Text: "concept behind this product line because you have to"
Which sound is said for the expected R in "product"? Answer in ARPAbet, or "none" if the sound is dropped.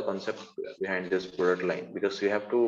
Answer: none